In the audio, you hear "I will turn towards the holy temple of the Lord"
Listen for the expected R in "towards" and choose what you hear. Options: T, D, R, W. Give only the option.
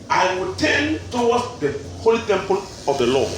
W